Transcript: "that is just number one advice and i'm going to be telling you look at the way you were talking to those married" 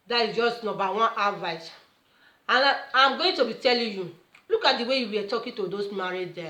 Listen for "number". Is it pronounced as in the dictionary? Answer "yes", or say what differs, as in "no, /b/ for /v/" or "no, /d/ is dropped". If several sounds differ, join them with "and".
no, /m/ is dropped